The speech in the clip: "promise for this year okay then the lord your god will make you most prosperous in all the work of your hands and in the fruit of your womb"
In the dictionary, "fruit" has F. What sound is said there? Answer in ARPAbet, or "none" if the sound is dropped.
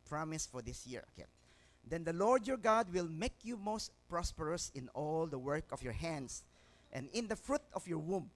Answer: F